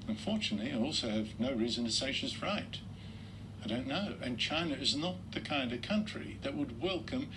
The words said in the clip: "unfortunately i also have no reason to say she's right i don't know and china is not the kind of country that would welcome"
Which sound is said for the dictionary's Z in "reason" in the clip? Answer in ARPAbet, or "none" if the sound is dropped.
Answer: Z